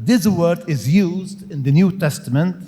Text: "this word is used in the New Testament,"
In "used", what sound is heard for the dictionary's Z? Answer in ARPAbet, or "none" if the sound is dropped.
Z